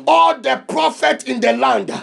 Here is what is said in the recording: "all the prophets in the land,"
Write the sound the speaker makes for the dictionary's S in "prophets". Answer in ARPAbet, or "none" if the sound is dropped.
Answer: none